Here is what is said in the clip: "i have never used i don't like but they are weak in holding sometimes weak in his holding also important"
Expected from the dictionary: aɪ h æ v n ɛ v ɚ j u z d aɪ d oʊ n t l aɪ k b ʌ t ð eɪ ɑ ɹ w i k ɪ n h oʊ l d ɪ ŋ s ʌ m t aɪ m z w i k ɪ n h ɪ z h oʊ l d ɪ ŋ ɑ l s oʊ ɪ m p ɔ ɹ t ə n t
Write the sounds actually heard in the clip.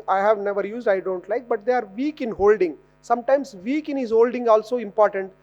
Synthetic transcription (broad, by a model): aɪ h æ v n ɛ v ɚ j u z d aɪ d oʊ n t l aɪ k b ʌ t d eɪ ɑ ɹ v i k ɪ n h oʊ l d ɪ ŋ s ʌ m t aɪ m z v i k ɪ n h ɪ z h oʊ l d ɪ ŋ ɑ l s oʊ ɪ m p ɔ ɹ t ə n t